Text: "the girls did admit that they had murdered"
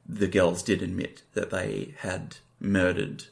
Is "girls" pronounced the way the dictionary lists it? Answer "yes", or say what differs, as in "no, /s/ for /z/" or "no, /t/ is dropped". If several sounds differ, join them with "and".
yes